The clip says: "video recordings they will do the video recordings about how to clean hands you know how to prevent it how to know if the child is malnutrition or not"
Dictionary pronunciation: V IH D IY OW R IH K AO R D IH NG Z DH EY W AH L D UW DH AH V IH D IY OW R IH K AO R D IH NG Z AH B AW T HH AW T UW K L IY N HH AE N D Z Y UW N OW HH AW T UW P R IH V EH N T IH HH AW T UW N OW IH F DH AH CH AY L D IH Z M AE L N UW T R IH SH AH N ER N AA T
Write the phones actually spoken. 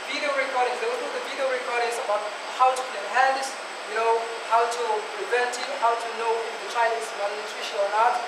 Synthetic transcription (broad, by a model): V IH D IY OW R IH K AO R D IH NG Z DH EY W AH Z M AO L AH V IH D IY OW R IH K AO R D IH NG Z AH B AW T HH AW T UW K IY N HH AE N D S Y UW N OW HH AW T UW P R IH V EH N T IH HH AW T UW N OW IH F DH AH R AY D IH S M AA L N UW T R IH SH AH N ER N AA T